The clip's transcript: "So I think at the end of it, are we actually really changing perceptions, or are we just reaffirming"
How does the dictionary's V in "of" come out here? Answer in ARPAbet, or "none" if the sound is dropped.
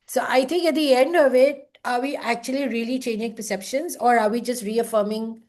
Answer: V